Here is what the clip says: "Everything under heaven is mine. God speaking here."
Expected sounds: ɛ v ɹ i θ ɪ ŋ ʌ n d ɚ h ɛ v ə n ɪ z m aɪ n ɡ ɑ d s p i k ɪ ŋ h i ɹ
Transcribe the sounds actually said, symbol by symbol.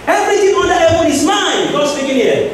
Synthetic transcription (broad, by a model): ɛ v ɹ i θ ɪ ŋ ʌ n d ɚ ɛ w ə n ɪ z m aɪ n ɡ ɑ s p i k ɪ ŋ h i